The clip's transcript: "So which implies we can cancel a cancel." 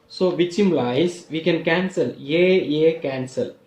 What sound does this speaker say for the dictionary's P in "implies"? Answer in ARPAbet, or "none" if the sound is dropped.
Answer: none